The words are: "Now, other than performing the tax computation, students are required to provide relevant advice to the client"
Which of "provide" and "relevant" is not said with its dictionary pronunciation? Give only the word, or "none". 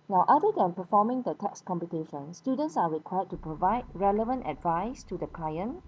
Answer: none